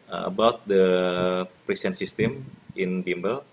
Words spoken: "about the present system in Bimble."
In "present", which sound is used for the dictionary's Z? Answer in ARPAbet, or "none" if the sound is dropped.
S